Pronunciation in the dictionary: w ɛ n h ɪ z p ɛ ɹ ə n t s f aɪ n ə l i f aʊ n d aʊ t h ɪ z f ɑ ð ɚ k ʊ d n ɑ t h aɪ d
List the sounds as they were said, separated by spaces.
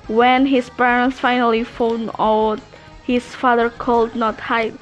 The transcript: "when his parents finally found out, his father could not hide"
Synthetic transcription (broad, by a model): w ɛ n h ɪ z p ɛ ɹ ə n t s f aɪ n ə l i f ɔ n aʊ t h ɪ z f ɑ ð ɚ k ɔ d n ɑ t h aɪ